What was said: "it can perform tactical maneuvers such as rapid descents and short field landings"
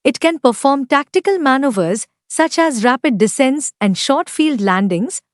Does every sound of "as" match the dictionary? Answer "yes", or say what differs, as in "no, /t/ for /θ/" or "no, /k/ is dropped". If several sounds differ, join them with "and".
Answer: yes